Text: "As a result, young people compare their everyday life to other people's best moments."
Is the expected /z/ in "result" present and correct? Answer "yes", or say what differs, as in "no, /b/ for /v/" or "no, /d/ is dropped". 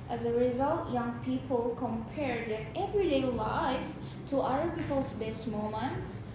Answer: yes